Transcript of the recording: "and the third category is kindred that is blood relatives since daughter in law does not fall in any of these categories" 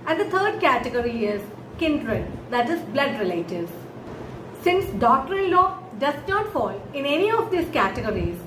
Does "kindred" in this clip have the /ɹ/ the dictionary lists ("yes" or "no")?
yes